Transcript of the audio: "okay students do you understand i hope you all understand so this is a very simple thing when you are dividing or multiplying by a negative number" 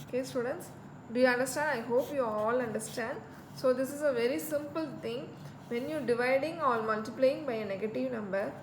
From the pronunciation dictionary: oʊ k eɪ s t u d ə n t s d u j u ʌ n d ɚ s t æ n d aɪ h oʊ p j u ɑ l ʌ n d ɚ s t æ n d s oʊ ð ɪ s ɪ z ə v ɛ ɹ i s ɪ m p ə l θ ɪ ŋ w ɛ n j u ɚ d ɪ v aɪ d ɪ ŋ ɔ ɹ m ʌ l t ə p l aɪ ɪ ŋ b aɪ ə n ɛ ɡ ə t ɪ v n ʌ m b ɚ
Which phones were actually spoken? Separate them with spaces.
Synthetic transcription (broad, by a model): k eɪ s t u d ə n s d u j u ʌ n d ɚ s t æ n d aɪ h oʊ p j u ɑ l ʌ n d ɚ s t æ n d s oʊ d ɪ s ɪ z ə v ɛ ɹ i s ɪ m p ə l t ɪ ŋ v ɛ n j u d ɪ v aɪ d ɪ ŋ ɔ l m ʌ l t ə p l aɪ ɪ ŋ b aɪ ə n ɛ ɡ ə t ɪ v n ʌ m b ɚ